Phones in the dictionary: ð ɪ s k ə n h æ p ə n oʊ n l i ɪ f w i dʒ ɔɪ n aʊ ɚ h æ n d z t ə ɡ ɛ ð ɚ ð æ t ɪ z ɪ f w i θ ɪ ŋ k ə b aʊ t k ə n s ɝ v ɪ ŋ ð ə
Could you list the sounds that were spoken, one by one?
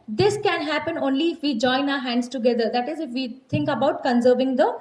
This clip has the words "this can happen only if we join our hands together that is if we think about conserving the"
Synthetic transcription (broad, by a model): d ɪ s k ə n h æ p ə n oʊ n l i ɪ f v i dʒ ɔɪ n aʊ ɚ h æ n d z t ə ɡ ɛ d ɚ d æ t ɪ z ɪ f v i t ɪ ŋ k ə b aʊ t k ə n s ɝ v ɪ ŋ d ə